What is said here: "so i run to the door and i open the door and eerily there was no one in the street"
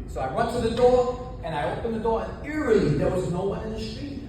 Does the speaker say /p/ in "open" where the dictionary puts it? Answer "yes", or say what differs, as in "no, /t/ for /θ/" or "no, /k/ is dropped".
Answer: yes